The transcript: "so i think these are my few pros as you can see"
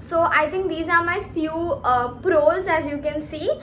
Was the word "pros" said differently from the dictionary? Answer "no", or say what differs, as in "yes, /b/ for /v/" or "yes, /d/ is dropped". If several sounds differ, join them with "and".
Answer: no